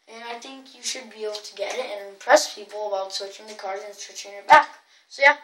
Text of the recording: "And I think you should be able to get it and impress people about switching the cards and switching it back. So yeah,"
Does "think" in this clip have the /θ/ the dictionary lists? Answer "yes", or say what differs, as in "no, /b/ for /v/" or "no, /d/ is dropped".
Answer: yes